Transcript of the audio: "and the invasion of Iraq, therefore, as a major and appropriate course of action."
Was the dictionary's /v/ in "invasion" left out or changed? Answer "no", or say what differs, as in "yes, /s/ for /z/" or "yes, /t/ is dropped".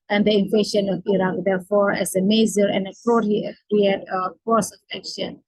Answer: yes, /f/ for /v/